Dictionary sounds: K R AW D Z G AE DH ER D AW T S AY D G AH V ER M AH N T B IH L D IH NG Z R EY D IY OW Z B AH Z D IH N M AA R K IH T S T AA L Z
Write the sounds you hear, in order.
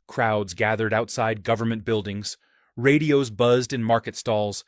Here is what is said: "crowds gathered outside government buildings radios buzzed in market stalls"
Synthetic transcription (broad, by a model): K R AW D Z G AE DH ER D AW T S AY D G AH V ER M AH N B IH L D IH NG Z R EY D IY OW Z B AH Z D IH N M AA R K IH T S T AA L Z